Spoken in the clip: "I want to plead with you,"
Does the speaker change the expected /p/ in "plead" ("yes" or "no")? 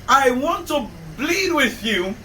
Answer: yes